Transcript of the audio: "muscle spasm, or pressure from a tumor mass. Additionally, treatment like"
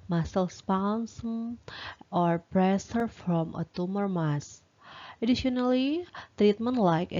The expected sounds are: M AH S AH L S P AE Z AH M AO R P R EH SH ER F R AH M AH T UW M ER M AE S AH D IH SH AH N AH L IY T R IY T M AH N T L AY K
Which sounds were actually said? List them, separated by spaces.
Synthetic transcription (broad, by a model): M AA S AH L S P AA S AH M AO R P R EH S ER F R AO M AH T UW M ER M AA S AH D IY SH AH N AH L IY T R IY T M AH N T L AY K